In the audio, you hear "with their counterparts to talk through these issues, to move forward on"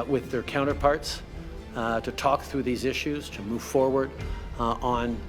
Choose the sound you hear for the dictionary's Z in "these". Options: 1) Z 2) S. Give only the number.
1